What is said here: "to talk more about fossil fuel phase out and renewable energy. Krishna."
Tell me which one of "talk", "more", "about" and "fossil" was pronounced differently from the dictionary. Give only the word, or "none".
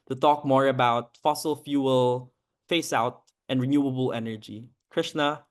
none